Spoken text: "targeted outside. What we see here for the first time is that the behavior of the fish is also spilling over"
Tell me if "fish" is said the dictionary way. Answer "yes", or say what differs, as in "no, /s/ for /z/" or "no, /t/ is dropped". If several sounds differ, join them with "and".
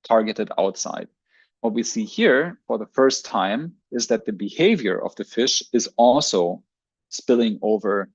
yes